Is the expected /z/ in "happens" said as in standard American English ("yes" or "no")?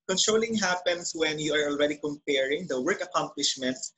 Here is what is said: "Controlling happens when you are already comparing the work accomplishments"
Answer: no